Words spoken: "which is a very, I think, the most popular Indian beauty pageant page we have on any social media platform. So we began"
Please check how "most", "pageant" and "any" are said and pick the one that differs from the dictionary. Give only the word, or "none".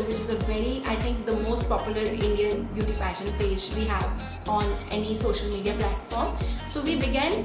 pageant